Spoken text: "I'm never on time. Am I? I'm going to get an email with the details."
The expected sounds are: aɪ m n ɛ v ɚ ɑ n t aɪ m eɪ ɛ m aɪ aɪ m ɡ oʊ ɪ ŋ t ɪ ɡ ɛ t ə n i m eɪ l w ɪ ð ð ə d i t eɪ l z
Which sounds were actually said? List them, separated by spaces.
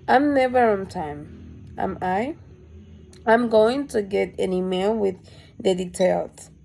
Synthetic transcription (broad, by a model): aɪ m n ɛ v ɚ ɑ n t aɪ m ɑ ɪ m aɪ aɪ m ɡ oʊ ɪ ŋ t ɪ ɡ ɛ t ə n i m eɪ l w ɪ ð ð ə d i t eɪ l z